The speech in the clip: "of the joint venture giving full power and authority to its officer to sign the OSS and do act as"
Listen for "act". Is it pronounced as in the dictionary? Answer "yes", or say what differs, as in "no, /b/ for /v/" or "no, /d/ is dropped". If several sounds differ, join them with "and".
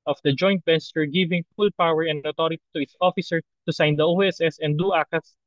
no, /t/ is dropped